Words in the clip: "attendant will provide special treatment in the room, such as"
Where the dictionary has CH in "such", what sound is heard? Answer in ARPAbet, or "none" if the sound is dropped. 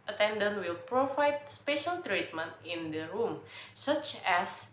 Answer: CH